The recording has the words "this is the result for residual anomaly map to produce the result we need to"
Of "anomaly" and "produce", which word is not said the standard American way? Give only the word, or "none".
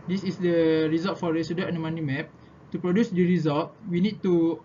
anomaly